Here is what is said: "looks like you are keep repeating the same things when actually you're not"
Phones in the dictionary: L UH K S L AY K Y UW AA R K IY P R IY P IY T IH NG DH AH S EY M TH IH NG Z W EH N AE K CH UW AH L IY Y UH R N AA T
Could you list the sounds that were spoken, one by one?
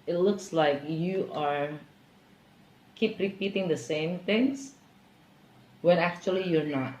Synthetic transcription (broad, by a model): L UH K S L AY K Y UW AA R K IY P R IY P IY T IH NG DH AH S EY M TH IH NG S W EH N AE K CH UW AH L IY Y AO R N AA T